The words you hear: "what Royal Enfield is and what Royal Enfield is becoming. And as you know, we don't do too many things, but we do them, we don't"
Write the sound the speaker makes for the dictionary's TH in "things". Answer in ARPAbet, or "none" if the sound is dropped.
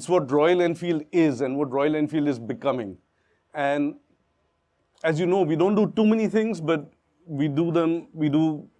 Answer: T